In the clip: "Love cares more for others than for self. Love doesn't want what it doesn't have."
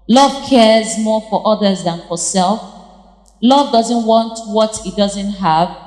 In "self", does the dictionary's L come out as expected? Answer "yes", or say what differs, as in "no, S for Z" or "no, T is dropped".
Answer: yes